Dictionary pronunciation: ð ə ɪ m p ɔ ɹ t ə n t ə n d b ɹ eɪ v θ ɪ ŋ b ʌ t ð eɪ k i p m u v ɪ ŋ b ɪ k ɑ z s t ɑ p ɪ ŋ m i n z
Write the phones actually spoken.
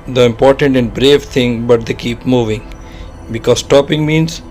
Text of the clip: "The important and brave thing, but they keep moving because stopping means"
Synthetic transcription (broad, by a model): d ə ɪ m p ɔ ɹ t ə n t ə n d b ɹ eɪ v t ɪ ŋ b ʌ t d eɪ k i p m u v ɪ ŋ b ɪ k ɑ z s t ɑ p ɪ ŋ m i n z